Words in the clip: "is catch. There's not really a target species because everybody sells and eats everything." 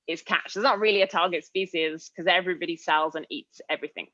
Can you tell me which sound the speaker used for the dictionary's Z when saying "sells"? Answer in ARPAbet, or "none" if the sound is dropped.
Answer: Z